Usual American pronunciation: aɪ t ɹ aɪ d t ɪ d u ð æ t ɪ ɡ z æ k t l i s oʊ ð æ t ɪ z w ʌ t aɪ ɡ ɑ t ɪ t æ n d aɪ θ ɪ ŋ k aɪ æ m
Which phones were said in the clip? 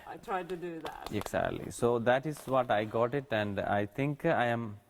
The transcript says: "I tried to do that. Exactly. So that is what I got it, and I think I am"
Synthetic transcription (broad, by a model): aɪ t ɹ aɪ d t ɪ d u ð æ t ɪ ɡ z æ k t l i s oʊ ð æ t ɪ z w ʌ t aɪ ɡ ɑ t ɪ t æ n d aɪ t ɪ ŋ k aɪ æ m